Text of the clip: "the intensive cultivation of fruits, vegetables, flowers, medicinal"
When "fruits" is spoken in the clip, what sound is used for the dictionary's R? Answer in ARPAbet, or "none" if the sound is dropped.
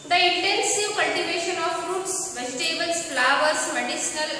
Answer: R